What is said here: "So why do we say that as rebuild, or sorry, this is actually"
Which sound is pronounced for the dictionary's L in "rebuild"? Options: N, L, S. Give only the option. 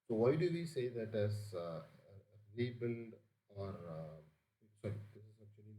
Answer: N